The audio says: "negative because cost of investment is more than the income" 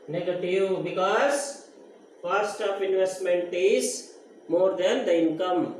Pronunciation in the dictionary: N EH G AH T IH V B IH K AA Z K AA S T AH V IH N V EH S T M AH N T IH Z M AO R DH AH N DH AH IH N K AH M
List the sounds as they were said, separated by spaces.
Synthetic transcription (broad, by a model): N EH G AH T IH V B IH K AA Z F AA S T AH P IH N V EH S T M AH N T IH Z M AO R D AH N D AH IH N K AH M